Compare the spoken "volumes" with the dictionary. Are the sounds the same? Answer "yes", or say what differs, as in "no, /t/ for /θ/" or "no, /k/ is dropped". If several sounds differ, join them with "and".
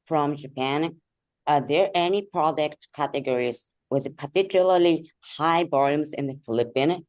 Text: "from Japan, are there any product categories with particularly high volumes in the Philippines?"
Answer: no, /b/ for /v/